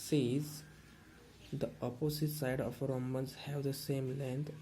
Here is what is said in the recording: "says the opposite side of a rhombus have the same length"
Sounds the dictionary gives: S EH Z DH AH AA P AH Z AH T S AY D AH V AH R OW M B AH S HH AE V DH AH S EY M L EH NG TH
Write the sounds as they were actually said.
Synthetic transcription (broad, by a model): S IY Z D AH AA P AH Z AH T S AY D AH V R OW M AH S HH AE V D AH S EY M L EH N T